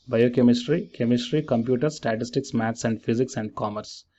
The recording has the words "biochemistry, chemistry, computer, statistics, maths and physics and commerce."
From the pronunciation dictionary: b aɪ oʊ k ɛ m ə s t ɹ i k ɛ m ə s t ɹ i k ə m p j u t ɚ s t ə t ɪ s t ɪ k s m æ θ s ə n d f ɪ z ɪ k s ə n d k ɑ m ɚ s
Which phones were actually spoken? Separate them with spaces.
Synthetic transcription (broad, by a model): b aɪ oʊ k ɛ m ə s t ɹ i k ɛ m ə s t ɹ i k ə m p j u t ɚ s t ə t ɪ s t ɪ k s m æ t s ə n d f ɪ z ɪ k s ə n d k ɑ m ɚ s